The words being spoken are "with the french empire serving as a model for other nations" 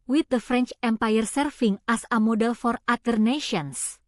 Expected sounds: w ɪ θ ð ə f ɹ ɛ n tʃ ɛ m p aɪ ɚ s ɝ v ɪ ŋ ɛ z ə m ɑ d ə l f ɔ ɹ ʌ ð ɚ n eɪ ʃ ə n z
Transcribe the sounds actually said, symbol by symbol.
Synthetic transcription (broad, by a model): w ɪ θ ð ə f ɹ ɛ n tʃ ɛ m p aɪ ɚ s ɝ f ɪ ŋ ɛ s ə m ɑ d ə l f ɔ ɹ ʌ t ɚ n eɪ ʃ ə n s